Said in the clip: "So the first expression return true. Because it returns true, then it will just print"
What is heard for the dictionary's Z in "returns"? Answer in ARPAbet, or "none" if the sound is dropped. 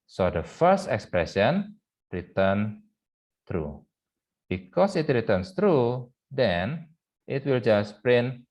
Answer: S